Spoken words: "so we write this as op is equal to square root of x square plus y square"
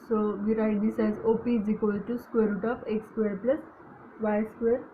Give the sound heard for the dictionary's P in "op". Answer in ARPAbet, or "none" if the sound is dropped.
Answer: P